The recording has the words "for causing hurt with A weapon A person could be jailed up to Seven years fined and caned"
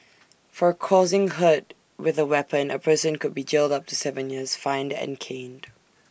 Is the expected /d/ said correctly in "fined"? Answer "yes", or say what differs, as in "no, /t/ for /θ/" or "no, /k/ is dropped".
yes